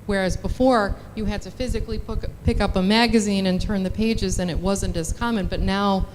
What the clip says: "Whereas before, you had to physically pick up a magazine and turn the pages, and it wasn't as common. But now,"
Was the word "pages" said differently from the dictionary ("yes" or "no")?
no